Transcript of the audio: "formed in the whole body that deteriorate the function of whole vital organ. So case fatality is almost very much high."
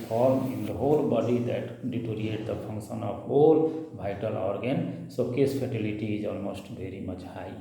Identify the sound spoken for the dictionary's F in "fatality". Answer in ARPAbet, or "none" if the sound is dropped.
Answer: P